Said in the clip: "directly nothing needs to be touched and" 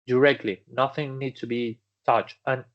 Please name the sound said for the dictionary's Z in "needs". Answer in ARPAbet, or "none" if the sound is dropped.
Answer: S